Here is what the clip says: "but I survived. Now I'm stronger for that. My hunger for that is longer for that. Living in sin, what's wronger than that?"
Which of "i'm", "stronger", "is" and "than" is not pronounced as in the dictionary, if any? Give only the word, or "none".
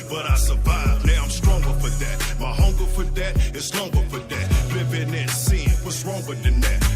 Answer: is